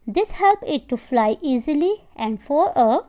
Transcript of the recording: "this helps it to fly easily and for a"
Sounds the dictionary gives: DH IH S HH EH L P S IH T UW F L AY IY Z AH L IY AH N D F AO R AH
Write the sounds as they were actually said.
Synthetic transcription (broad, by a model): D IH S HH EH L P IH T UW F L AY IY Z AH L IY AH N D F AO R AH